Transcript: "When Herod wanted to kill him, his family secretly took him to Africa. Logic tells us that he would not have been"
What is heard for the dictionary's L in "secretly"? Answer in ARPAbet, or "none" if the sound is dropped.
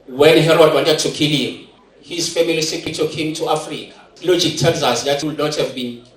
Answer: none